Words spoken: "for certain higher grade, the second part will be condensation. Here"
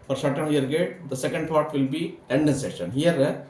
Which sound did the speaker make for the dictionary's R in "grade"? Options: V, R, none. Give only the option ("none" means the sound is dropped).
none